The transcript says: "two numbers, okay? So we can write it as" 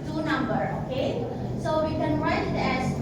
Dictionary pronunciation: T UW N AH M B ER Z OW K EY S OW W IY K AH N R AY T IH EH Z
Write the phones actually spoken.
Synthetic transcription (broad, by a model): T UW N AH M B ER OW K EY S OW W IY K AH N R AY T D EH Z